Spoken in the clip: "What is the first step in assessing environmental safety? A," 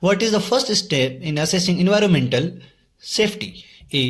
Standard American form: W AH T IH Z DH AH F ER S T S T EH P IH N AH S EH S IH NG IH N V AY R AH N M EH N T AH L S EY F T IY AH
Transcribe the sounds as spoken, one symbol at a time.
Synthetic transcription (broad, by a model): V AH T IH Z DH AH F ER S T S T EH P IH N AH S EH S IH NG IH N V AY R AH N M EH N T AH L S EY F T IY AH